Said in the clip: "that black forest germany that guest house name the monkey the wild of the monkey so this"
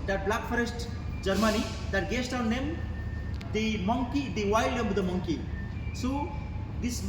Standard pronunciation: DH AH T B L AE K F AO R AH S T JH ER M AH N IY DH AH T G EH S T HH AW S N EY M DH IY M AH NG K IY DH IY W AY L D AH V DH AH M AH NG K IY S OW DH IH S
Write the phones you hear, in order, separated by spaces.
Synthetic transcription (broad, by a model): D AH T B L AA K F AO R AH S T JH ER M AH N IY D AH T G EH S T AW N EY M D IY M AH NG K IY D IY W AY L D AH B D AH M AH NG K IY S OW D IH S